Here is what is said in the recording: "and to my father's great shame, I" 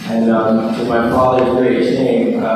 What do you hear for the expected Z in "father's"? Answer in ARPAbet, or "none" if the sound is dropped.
none